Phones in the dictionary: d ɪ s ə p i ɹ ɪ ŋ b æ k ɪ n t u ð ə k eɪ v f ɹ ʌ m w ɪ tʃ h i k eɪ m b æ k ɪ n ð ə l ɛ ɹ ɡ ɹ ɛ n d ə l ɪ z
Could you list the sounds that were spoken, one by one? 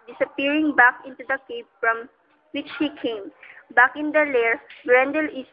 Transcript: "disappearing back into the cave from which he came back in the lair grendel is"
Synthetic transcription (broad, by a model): d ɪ s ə p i ɹ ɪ ŋ b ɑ k ɪ n t u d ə k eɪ p f ɹ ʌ m w ɪ tʃ h i k eɪ m b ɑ k ɪ n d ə l ɛ ɹ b ɹ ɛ n d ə l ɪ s